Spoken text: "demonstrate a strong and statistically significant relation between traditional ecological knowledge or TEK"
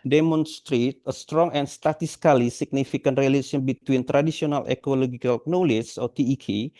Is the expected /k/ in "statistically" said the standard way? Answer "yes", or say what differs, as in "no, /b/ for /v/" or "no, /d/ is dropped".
no, /k/ is dropped